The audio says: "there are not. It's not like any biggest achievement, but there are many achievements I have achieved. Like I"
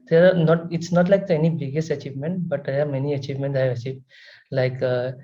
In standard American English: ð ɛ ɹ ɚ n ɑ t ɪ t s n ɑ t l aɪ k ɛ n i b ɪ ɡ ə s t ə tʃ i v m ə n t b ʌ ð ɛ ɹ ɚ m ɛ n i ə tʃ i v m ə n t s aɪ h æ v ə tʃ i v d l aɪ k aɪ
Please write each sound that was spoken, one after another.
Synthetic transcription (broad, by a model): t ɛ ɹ n ɑ t ɪ t s n ɑ t l aɪ k ɛ n i b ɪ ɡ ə s t ə tʃ i v m ə n t b ʌ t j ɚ m ɛ n i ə tʃ i v m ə n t aɪ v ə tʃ i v l aɪ k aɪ